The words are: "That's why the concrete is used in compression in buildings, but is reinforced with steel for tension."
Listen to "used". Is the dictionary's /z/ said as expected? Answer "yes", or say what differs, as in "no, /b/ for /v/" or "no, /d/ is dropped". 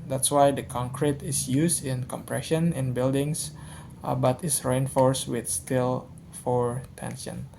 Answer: no, /s/ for /z/